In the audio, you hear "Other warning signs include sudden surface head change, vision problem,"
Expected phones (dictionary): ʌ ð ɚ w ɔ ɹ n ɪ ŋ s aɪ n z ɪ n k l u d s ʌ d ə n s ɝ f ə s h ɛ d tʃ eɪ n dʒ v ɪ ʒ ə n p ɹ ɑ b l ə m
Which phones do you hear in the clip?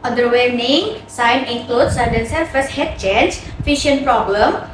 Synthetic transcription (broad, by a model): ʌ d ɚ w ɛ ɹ n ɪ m s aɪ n ɪ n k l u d s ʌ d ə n s ɝ f ə s h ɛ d tʃ eɪ n dʒ f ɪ ʃ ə n p ɹ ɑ b l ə m